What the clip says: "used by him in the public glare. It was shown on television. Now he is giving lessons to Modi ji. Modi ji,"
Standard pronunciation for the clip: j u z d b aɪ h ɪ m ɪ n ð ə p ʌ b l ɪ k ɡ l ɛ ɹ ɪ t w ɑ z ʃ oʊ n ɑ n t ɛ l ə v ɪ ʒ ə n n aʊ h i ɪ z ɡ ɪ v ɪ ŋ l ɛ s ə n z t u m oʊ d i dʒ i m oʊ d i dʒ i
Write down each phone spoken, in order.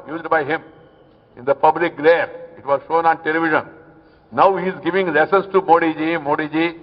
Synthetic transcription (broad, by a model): j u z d b aɪ h ɪ m ɪ n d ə p ʌ b l ɪ k ɡ l ɛ ɹ ɪ t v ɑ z ʃ oʊ n ɑ n t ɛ l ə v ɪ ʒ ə n n aʊ h i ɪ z ɡ ɪ v ɪ ŋ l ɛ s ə n s t u m oʊ d i dʒ i m oʊ d i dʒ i